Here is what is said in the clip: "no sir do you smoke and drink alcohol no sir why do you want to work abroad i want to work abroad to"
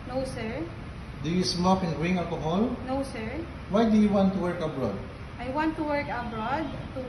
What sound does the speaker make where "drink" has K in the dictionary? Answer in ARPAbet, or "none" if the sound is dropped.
none